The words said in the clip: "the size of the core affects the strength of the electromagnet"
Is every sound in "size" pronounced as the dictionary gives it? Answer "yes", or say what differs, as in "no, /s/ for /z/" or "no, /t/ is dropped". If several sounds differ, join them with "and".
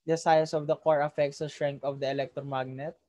no, /s/ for /z/